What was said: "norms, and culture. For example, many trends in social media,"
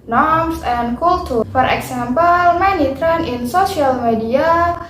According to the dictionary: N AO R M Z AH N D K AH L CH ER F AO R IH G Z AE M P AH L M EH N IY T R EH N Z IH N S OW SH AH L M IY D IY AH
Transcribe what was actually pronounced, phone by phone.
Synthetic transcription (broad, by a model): N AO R M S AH N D K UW L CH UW F AO R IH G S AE M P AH L M EH N IY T R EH N IH N S OW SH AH L M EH D IY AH